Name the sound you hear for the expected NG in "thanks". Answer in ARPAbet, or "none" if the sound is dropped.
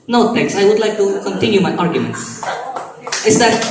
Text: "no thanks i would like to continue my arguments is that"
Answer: none